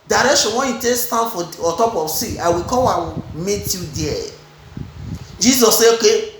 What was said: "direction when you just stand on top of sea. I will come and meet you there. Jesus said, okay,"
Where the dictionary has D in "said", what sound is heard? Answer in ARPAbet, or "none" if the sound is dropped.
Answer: none